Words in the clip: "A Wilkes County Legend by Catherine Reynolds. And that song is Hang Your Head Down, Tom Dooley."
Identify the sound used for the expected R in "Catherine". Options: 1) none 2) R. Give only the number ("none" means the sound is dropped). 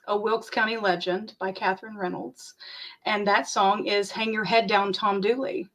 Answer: 2